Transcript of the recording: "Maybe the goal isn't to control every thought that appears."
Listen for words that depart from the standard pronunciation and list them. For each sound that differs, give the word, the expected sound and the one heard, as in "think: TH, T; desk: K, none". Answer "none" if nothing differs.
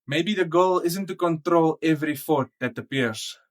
thought: TH, F